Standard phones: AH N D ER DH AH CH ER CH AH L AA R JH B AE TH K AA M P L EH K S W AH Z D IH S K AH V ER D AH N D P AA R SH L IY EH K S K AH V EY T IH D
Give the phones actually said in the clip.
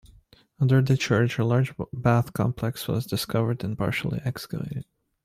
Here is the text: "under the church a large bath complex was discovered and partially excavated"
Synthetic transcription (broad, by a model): AH N D ER DH AH CH ER CH AH L AA R JH B AE TH K AA M P L EH K S W AH Z D IH S K AH V ER D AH N P AA R SH L IY EH K S K AH V EY T IH D